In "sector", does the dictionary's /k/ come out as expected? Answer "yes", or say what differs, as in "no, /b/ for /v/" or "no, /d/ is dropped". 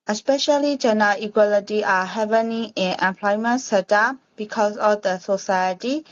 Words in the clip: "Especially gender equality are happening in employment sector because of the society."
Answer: no, /k/ is dropped